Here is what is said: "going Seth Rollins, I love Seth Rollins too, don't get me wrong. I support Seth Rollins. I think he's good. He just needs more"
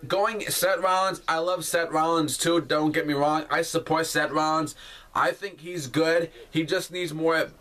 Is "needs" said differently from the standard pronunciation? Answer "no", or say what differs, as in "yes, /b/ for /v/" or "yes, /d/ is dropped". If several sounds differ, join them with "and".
no